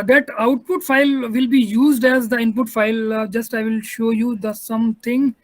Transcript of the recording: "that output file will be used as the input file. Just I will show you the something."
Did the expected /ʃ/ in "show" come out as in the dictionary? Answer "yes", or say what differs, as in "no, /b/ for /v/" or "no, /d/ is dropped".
yes